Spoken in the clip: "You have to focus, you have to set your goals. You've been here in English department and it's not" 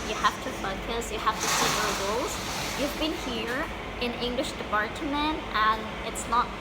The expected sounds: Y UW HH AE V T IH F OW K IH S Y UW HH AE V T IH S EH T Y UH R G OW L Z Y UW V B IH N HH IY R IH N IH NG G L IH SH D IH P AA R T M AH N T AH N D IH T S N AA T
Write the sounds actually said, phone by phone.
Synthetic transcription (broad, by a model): Y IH HH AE F T IH F OW K IH S Y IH HH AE F T IH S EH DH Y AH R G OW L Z Y UW V B IH N HH IY R IH N IH NG G L IH SH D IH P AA R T M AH N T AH N IH T S N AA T